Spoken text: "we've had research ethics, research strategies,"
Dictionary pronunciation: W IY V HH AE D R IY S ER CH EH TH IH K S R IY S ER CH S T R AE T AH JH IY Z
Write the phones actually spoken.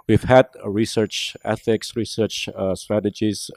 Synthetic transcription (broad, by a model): W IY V HH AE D R IY S ER CH EH TH IH K S R IY S ER CH S T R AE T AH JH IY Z